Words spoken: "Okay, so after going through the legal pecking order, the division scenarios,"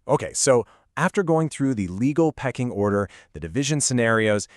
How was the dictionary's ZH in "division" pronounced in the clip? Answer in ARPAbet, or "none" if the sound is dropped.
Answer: ZH